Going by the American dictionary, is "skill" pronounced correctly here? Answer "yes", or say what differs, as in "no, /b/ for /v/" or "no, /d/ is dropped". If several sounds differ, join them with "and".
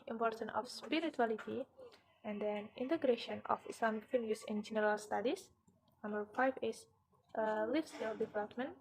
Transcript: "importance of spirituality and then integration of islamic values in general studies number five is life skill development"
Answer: no, /k/ is dropped